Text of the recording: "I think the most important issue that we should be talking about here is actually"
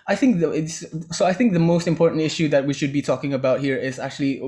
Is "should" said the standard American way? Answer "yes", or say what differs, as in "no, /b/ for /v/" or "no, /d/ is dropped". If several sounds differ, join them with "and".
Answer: yes